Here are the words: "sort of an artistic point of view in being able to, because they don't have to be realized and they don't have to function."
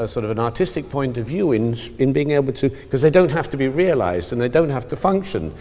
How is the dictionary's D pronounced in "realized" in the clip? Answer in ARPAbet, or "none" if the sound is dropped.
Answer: D